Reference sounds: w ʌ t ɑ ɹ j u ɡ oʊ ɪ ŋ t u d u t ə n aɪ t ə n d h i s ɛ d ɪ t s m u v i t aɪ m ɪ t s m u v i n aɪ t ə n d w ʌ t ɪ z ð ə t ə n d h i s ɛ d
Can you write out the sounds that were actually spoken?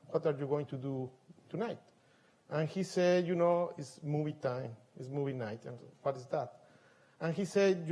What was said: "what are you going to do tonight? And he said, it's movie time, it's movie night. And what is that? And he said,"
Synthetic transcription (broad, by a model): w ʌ t ɑ ɹ j u ɡ oʊ ɪ ŋ t u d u t ə n aɪ t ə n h i s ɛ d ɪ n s m u v i t aɪ m ɪ t s m u v i n aɪ t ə n w ʌ t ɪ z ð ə t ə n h i s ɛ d